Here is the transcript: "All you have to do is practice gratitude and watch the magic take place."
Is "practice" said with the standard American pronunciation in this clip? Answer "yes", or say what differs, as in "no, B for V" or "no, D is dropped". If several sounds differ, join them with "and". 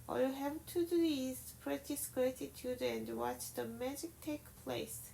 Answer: no, K is dropped